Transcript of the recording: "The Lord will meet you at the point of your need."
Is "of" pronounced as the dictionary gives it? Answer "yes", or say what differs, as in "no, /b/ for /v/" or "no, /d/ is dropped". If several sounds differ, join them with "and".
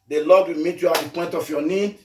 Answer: no, /f/ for /v/